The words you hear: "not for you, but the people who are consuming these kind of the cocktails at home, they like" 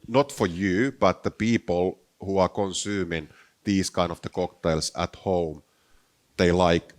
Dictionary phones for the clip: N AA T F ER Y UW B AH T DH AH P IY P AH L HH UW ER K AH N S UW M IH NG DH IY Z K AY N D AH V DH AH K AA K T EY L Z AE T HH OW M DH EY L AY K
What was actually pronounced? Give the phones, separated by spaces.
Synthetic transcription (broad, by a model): N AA T F ER Y UW B AH T DH AH P IY P AH L HH UW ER K AH N S UW M IH NG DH IY S K AY N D AH V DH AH K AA K T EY L S AE T HH OW M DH EY L AY K